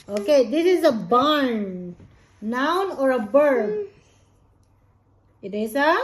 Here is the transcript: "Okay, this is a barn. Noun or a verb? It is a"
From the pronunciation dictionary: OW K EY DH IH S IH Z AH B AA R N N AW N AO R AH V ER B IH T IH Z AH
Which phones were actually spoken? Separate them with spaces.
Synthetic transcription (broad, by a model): OW K EY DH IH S IH Z AH B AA R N N AW N AO R AH B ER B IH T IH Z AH